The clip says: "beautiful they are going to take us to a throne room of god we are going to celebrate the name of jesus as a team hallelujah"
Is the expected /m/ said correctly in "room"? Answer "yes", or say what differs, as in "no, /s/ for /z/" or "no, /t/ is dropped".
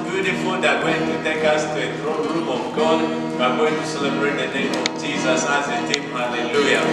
no, /m/ is dropped